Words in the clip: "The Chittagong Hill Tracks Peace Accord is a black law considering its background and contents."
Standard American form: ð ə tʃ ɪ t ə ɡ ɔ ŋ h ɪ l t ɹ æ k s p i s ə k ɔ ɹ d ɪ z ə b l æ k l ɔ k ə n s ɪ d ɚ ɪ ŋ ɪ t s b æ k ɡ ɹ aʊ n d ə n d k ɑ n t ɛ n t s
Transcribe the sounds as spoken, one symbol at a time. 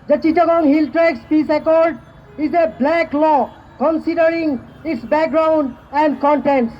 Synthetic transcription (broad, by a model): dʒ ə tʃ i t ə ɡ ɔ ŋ h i l t ɹ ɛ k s p i s ə k ɔ ɹ d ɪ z ə b l æ k l ɔ k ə n s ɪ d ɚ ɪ ŋ ɪ t s b æ k ɡ ɹ aʊ n d ə n d k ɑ n t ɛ n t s